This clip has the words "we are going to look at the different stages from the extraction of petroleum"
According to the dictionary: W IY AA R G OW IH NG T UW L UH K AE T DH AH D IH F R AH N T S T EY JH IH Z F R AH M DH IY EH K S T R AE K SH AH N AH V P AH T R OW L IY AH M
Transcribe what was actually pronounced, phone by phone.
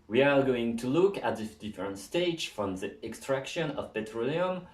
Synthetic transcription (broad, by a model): W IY AA R G OW IH NG T UW L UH K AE T DH AH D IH F R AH N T S T EY IH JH F R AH M DH IY EH K S T R AE K SH AH N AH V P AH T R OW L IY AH M